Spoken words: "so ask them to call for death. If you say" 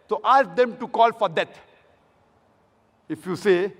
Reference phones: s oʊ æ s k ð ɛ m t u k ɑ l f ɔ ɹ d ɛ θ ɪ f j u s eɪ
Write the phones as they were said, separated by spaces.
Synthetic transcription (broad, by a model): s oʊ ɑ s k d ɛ m t u k ɑ l f ɔ ɹ d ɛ t ɪ f j u s eɪ